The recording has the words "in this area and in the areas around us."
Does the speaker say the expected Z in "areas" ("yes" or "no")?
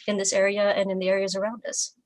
yes